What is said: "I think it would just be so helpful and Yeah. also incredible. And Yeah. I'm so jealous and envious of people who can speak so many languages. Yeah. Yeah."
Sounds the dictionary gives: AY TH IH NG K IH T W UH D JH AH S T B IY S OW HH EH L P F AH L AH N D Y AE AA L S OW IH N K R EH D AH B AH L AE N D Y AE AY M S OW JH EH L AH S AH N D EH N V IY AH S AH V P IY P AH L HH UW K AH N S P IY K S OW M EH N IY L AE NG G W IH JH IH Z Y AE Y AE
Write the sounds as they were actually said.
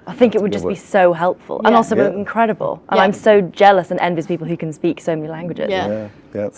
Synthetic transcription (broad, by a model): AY TH IH NG K IH T W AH D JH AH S B IY S OW HH EH L P F AH L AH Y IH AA L S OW IH N K R EH D AH B AH L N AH AY M S OW JH EH L AH S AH N EH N V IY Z P IY P L HH UW K AH N S P IY K S OW M EH N IY L AE NG G W IH JH IH Z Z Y